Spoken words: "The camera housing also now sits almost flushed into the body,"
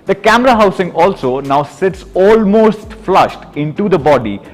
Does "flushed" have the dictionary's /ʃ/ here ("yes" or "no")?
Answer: yes